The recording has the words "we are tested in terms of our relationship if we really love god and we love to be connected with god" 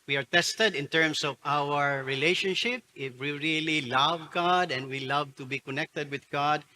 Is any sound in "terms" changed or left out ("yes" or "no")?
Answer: yes